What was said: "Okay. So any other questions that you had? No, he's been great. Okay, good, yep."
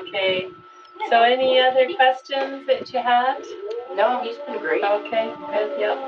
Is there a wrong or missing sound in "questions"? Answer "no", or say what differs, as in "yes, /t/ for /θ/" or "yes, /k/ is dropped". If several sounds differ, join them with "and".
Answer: no